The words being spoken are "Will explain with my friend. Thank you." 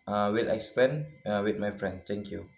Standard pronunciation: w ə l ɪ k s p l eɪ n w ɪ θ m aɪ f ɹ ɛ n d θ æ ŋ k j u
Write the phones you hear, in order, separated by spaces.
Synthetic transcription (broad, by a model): w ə l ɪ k s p eɪ n w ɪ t m aɪ f ɹ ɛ n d t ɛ ŋ k j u